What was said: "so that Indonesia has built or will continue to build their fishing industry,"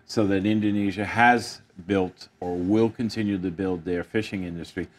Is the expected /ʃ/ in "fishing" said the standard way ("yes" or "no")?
yes